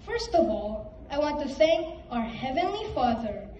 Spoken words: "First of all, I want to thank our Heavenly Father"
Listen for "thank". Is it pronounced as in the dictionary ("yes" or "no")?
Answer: no